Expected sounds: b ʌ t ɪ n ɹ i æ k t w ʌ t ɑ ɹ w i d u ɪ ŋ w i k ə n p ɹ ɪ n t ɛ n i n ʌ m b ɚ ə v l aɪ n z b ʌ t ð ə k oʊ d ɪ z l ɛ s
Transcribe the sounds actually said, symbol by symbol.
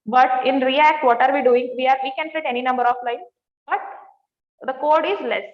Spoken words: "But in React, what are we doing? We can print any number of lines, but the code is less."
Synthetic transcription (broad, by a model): b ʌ t ɪ n ɹ i æ k t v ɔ t ɑ ɹ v i d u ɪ ŋ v i k ə n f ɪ t ɛ n i n ʌ m b ɚ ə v l aɪ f b ʌ t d ə k oʊ d ɪ z l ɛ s